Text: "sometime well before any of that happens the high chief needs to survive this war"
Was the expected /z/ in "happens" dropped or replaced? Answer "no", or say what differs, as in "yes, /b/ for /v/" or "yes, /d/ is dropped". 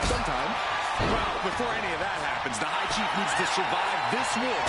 no